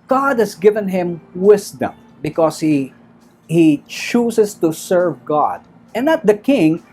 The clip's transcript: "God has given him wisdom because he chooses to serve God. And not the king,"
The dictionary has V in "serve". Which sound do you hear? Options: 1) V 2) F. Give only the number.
1